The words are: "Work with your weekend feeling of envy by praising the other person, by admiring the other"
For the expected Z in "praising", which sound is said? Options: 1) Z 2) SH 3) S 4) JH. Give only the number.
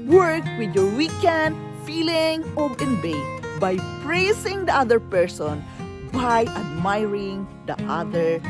3